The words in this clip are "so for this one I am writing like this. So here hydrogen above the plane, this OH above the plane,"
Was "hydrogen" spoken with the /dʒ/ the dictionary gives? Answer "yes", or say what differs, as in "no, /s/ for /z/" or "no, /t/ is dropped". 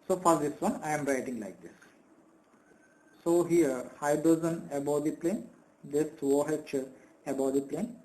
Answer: no, /z/ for /dʒ/